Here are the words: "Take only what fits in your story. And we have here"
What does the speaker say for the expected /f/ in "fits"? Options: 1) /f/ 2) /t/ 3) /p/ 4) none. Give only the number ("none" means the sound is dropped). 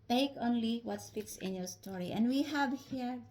3